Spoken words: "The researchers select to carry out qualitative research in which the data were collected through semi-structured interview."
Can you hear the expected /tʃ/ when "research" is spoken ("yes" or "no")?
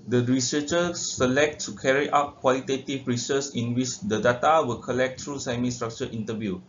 no